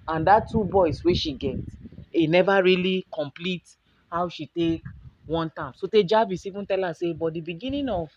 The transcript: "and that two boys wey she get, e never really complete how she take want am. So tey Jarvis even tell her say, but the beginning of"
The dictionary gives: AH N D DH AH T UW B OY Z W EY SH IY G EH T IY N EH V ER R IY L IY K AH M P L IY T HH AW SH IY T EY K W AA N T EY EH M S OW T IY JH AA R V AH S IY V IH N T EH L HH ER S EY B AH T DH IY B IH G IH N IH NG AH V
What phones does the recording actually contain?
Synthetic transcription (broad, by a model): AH N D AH T UW B OY S W EY SH IY G EH T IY N EH V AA R IY L IY K AH M P L IY T HH AW SH IY T EY K W AA N T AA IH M S OW T IY JH AA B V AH S IY V IH N T EH L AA S EY B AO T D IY B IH G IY N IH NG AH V